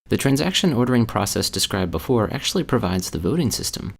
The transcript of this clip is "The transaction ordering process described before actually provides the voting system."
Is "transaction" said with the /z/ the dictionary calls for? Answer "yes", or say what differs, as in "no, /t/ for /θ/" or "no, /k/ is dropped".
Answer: yes